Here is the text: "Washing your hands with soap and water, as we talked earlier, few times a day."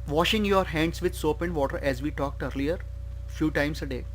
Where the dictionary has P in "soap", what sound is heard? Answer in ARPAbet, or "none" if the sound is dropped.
P